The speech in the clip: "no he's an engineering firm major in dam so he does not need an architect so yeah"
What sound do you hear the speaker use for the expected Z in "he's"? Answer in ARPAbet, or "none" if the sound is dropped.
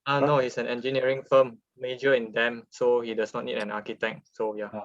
S